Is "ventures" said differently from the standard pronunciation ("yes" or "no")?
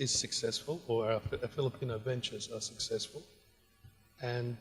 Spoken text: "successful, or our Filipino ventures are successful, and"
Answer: no